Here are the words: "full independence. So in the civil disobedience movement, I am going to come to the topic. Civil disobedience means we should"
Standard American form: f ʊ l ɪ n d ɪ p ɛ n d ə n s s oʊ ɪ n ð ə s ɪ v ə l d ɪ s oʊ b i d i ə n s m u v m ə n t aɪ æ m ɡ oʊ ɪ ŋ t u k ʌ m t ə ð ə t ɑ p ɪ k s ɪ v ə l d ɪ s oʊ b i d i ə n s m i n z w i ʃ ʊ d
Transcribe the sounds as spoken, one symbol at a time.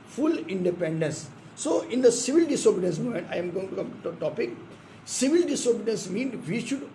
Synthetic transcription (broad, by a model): f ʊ l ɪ n d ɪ p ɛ n d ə n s s oʊ ɪ n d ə s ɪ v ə l d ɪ s oʊ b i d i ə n s m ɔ m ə n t aɪ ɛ m ɡ oʊ ɪ ŋ t u k ʌ m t t ɑ p ɪ k s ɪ v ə l d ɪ s oʊ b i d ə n s m i n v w i ʃ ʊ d